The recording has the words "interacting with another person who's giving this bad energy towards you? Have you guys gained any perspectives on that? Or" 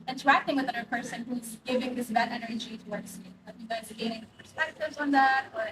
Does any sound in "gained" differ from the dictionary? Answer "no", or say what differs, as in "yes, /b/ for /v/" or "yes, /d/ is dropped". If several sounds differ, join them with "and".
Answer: yes, /n/ is dropped